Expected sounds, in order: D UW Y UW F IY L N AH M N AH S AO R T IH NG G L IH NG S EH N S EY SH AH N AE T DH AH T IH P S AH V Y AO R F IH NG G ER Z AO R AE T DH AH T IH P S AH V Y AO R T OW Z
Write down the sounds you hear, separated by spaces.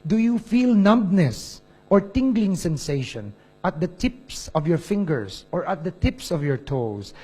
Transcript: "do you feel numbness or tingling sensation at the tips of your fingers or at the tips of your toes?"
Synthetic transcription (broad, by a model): D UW Y UW F IY L N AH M N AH S AO R T IH NG G L IH NG S EH N S EY SH AH N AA T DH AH T IH P S AH V Y AO R F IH NG G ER S AO R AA T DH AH T IH P S AH V Y AO R T OW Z